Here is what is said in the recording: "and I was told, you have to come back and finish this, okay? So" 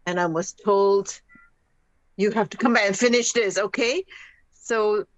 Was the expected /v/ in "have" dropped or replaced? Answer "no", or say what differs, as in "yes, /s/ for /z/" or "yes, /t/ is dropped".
yes, /f/ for /v/